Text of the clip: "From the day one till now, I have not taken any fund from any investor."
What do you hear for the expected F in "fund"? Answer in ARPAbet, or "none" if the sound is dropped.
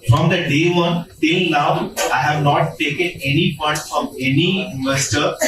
P